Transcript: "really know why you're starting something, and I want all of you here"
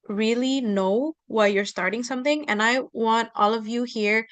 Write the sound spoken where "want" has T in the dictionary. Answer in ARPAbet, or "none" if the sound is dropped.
T